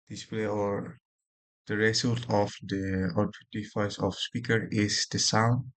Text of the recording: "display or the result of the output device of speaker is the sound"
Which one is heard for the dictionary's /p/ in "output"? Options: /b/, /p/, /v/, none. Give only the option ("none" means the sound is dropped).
none